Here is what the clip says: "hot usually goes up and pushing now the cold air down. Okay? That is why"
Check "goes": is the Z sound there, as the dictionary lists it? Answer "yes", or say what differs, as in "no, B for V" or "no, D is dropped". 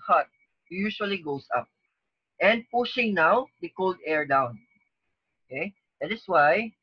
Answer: no, S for Z